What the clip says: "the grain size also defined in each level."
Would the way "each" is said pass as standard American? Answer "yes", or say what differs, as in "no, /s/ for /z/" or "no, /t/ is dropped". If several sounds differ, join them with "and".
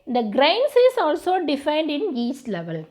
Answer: no, /s/ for /tʃ/